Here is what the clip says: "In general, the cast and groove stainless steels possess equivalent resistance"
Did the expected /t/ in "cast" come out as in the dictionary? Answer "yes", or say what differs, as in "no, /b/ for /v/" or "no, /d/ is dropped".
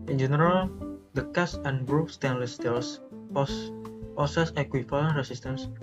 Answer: no, /t/ is dropped